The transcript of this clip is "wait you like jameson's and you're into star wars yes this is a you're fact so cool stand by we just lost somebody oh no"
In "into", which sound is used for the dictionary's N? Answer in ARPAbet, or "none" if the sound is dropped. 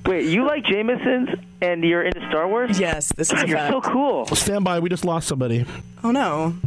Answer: N